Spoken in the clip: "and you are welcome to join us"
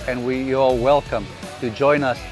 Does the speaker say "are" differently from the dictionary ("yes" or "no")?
yes